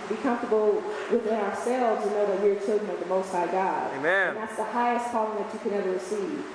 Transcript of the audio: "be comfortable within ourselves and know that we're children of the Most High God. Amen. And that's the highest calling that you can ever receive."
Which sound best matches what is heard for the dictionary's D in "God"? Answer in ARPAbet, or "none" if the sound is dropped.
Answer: none